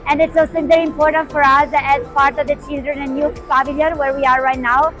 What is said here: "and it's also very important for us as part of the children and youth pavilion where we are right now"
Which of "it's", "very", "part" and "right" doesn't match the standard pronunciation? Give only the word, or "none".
very